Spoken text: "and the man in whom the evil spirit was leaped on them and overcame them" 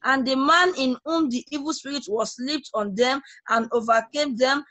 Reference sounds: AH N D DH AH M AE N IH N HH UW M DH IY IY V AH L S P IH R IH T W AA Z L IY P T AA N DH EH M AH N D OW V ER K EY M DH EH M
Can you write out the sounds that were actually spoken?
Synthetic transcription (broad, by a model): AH N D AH M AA N IH N HH UW M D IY IY V AH L S P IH R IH T W AA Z L IY P T AA N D EH M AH N OW V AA K EY M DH EH M